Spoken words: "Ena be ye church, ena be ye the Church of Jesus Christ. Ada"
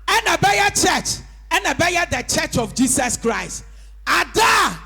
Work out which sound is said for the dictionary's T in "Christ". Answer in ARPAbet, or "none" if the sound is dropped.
T